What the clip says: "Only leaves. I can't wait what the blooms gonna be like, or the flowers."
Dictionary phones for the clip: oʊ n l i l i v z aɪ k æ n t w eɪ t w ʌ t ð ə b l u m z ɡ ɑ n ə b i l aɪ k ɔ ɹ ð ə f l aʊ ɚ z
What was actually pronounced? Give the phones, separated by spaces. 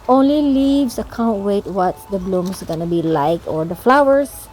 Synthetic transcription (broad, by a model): oʊ n l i l i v s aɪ k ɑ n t w eɪ t w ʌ t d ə b l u m s ɡ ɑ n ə b i l aɪ k ɔ ɹ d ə f l aʊ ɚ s